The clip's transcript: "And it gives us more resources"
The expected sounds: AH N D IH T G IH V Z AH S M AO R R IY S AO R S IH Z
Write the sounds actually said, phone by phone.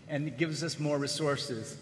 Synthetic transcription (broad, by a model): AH N IH T G IH V Z AH S M AO R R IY S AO R S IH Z